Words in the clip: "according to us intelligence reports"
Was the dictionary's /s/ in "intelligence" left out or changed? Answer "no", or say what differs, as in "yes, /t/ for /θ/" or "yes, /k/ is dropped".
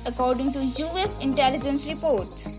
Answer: no